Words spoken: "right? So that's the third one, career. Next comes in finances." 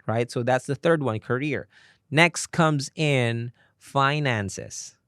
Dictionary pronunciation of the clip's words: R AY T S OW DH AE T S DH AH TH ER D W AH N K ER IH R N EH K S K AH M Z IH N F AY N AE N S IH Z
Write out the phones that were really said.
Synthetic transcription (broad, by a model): R AY T S OW DH AE T S DH AH TH ER D W AH N K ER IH R N EH K S K AH M Z IH N F AY N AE N S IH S